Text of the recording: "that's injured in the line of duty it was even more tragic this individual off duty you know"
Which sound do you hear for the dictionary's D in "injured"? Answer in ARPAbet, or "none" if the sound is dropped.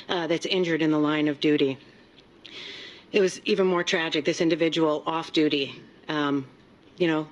D